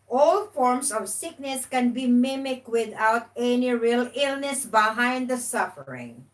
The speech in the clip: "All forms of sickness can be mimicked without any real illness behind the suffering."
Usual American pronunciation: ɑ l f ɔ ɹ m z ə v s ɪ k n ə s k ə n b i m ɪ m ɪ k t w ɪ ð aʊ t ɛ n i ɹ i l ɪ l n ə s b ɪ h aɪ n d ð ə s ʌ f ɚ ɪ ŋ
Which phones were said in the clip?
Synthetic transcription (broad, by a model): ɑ l f ɔ ɹ m s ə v s ɪ k n ə s k ə n b i m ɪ m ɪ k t w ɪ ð aʊ t ɛ n i ɹ i l ɪ l n ə s b ɪ h aɪ n d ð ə s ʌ f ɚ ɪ ŋ